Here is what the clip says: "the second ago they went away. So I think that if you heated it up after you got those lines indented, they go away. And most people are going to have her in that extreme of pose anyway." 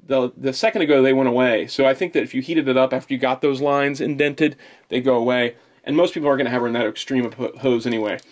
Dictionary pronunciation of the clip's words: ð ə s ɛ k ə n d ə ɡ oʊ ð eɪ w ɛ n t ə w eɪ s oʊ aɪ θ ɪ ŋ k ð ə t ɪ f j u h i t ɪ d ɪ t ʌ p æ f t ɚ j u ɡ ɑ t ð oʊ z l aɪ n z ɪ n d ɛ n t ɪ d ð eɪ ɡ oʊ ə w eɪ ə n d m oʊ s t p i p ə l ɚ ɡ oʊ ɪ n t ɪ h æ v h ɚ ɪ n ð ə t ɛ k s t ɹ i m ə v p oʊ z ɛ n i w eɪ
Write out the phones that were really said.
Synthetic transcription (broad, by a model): ð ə s ɛ k ə n d ə ɡ oʊ ð eɪ w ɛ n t ə w eɪ s oʊ aɪ θ ɪ ŋ k ð ə t ɪ f j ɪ h i t ɪ d ɪ t ʌ p æ f t ɚ j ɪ ɡ ɑ t ð oʊ z l aɪ n z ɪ n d ɛ n t ɪ d ð eɪ ɡ oʊ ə w eɪ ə n m oʊ s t p i p l ɚ ɡ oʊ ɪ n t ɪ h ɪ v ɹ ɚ ɪ n ð ə t ɛ k s t ɹ i m ə v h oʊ z ɛ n i w eɪ